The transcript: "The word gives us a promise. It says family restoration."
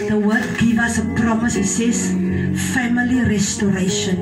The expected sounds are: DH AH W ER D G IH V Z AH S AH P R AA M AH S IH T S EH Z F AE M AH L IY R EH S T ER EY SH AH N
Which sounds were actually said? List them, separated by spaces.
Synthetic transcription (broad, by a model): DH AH W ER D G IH V AH S AH P R AA M AH S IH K S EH S F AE M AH L IY R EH S T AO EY SH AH N